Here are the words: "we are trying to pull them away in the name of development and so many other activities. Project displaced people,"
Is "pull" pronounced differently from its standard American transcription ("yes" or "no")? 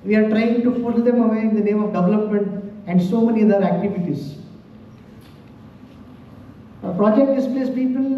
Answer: yes